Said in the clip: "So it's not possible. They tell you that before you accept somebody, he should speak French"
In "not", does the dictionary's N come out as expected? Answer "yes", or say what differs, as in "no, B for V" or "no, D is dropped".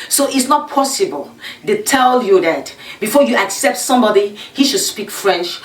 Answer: yes